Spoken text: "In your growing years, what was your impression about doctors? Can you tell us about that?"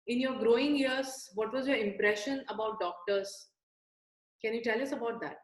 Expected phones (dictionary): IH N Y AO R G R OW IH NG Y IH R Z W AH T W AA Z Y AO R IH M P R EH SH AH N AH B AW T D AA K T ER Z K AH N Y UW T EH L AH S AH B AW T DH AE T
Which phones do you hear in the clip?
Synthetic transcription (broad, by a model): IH N Y AO R G R OW IH NG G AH R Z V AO T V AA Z Y AO R IH M P R EH SH AH N AH B AW T D AA K T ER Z K AH N Y UW T EH L AH S AH B AW T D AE T